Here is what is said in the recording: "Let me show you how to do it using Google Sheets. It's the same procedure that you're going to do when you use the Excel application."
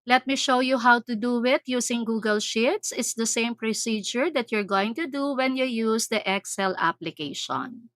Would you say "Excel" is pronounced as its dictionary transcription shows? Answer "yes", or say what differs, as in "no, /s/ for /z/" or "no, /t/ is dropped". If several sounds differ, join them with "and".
yes